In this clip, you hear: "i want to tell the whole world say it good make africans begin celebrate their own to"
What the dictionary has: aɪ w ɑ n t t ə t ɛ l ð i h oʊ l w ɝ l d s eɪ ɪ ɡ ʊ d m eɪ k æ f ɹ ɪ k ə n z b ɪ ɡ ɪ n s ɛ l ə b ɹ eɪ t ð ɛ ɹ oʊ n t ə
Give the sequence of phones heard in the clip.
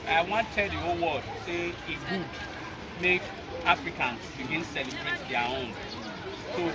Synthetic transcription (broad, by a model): aɪ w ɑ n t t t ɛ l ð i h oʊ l w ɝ d s eɪ ɪ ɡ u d m eɪ k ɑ f ɹ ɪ k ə n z b ɪ ɡ ɪ n s ɛ l ə b ɹ eɪ t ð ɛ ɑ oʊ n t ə